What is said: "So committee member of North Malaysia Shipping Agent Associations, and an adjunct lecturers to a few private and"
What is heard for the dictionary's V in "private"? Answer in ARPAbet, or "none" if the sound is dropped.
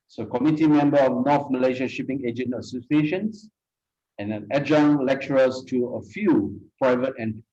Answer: V